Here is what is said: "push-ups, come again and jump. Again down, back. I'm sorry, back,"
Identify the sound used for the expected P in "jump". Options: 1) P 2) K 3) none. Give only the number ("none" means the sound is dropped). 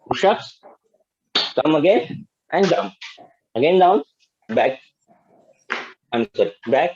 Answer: 3